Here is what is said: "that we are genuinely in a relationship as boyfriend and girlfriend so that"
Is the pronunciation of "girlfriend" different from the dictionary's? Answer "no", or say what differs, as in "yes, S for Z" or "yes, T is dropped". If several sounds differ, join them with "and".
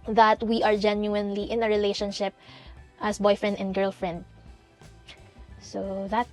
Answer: no